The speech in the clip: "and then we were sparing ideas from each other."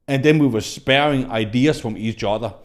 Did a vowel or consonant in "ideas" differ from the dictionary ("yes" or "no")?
yes